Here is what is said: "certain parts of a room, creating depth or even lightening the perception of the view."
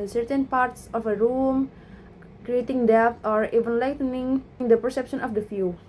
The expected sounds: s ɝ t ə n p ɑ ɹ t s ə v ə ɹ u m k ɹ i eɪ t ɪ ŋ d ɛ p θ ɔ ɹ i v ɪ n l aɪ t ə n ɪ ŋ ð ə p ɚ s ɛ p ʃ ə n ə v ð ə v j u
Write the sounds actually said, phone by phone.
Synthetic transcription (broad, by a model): s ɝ t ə n p ɑ ɹ t s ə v ə ɹ u m k ɹ i eɪ t ɪ ŋ d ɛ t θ ɔ ɹ i v ɪ n l aɪ t ə n ɪ ŋ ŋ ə p ɚ s ɛ p ʃ ə n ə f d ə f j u